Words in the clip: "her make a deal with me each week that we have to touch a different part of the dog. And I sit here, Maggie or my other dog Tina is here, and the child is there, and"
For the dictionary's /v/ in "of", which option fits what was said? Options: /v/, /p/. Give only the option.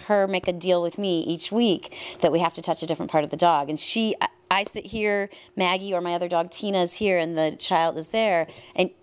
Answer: /v/